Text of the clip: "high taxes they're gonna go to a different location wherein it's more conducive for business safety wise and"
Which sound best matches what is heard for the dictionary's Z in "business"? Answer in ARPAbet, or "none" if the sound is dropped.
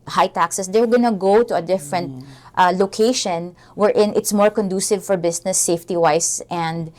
S